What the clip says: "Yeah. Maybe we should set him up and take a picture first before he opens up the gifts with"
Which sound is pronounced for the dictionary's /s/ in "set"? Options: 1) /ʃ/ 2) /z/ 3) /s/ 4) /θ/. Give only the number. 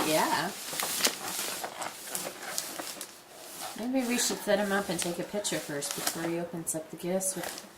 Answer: 4